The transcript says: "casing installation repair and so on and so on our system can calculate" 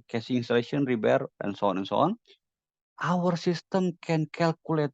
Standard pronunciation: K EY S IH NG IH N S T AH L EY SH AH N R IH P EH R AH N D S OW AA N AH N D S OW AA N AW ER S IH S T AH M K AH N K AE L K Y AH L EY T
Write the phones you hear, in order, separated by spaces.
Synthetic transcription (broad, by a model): K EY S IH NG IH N S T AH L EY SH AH N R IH B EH R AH N S OW AA N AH N S OW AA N AW ER S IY S T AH M K AH N K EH L K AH L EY T